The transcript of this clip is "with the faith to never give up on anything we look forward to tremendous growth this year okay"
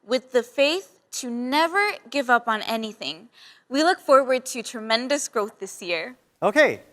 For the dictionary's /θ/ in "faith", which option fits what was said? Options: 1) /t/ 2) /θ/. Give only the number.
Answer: 2